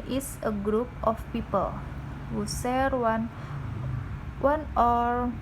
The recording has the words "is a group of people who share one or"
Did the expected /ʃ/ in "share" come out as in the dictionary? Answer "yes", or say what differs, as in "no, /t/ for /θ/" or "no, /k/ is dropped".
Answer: no, /s/ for /ʃ/